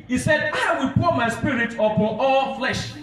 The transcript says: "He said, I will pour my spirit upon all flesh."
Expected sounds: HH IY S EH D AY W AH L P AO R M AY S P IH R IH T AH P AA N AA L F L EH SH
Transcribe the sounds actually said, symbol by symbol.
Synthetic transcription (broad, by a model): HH IY S EH D AY W AH L P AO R M AY S P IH R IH T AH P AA AA L F L EH SH